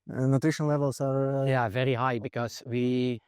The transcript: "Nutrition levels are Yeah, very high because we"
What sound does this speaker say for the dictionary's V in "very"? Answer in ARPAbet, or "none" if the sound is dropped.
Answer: V